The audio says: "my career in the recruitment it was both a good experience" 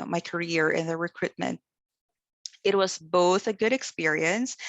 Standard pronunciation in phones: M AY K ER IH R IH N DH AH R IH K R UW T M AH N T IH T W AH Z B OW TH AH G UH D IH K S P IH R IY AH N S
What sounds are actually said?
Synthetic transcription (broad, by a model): M AY K ER IH R IH N DH AH R IH K R UW T M AH N T IH T W AH Z B OW TH AH G UH D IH K S P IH R IY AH N S